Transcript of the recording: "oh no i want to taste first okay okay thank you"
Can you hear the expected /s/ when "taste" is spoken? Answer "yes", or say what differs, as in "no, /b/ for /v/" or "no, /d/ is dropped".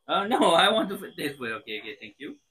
no, /s/ is dropped